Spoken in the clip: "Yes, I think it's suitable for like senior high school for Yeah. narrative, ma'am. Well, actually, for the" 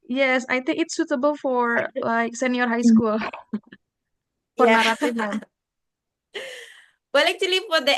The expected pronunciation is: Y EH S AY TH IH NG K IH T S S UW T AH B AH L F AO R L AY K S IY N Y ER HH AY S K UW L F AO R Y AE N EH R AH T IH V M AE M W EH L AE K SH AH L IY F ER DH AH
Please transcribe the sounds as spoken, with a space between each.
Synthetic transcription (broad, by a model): Y EH S AY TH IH NG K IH T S S UW T AH B AH L F AO R L AY K S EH N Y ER HH AY S K UW L F AO R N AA R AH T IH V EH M W EH L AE K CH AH L IY F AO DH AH